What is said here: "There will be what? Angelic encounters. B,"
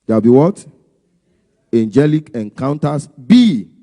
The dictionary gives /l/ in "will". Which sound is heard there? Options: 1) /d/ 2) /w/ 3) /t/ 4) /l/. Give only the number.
2